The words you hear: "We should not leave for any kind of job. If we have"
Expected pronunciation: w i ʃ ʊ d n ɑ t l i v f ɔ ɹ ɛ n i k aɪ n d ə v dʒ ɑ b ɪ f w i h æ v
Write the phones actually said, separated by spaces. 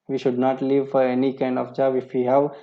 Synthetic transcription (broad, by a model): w i ʃ ʊ d n ɑ t l i v f ɔ ɹ ɛ n i k aɪ n d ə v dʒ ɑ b ɪ f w i h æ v